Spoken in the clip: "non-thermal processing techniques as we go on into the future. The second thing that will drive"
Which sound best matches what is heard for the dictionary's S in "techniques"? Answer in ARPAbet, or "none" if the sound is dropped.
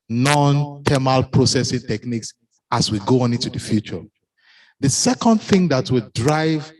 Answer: S